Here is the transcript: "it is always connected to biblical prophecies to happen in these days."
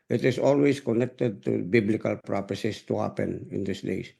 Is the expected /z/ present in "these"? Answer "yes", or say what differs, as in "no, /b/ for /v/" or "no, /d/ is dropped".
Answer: no, /s/ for /z/